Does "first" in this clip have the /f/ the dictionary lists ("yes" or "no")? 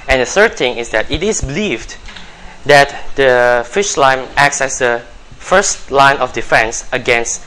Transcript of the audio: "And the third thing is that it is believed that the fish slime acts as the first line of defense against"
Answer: yes